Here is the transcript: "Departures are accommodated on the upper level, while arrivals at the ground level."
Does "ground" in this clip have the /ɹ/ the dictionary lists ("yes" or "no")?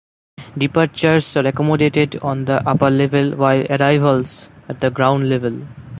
yes